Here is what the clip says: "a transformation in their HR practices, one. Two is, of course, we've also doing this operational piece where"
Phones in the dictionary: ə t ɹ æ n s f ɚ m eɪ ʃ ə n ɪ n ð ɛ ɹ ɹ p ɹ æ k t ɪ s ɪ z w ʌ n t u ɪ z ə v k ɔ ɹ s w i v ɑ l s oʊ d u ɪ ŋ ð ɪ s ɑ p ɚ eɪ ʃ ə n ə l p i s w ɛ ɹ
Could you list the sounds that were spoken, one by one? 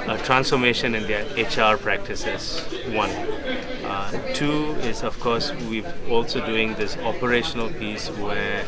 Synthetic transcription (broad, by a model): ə t ɹ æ n s f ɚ m eɪ ʃ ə n ɪ n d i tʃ ɹ p ɹ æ k t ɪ s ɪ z w ʌ n t u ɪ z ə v k ɔ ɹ s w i ɑ l s oʊ d u ɪ ŋ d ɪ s ɑ p ɚ eɪ ʃ ə n ə l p i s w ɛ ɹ